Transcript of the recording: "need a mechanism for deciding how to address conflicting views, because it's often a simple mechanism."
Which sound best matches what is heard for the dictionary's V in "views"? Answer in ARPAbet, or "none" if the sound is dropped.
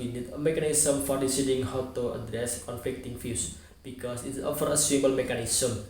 F